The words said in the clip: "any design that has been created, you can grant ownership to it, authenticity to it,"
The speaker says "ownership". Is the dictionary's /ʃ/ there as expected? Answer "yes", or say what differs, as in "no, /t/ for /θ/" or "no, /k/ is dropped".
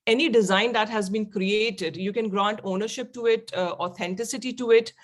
yes